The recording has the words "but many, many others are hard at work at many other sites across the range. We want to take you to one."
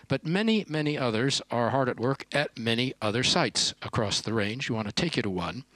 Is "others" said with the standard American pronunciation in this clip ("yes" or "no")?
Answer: yes